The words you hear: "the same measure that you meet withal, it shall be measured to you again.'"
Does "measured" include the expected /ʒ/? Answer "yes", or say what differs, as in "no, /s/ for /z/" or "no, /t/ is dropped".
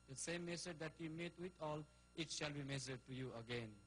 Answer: no, /s/ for /ʒ/